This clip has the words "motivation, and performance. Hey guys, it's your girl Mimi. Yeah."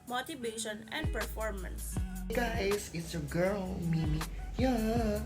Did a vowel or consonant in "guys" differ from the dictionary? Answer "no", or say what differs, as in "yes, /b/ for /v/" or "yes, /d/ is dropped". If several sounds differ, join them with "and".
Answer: yes, /s/ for /z/